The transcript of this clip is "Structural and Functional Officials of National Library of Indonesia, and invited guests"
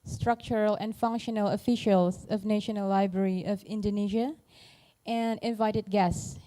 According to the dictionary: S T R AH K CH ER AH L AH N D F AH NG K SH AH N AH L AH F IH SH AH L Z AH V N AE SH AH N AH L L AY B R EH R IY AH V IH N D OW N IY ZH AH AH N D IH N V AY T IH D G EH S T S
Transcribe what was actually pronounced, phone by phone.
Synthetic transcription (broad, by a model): S T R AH K CH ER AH L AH N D F AH NG K SH AH N AH L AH F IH SH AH L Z AH V N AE SH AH N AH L L AY B R EH R IY AH V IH N D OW N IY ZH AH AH N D IH N V AY T IH D G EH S S